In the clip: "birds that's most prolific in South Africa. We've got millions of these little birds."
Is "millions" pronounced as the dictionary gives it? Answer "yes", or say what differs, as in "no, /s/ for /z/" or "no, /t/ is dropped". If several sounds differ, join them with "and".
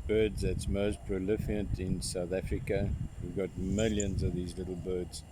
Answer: yes